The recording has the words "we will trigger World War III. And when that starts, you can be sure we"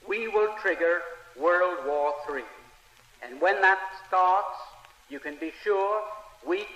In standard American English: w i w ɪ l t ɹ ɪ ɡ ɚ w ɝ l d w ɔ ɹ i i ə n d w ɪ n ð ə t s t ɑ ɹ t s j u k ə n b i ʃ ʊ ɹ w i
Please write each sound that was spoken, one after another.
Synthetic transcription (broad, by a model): w i w ɪ l t ɹ ɪ ɡ ɚ w ɝ l d w ɔ ɹ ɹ i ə n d w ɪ n ð ə t s t ɑ ɹ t s j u k ə n b i ʃ ʊ ɹ w i